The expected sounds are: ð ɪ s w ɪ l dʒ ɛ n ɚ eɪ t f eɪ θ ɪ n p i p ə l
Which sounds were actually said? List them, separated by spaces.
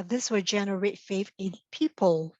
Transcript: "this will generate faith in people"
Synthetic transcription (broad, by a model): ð ɪ s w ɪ dʒ ɛ n ɚ eɪ t f eɪ f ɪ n p i p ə l